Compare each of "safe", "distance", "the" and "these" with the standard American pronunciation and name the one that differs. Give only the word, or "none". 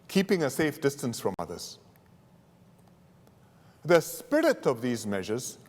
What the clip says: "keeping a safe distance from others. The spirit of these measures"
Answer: none